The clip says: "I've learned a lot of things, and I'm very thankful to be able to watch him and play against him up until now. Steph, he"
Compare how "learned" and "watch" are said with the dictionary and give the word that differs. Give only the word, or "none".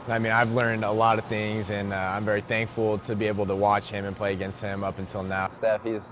none